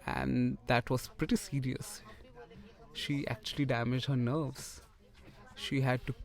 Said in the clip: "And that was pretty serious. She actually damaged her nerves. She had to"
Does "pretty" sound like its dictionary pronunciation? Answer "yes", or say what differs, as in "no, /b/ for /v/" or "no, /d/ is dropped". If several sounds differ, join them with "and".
yes